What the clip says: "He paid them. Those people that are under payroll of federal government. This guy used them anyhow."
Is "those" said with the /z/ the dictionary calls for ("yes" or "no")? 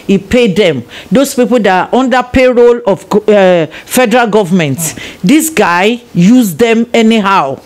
no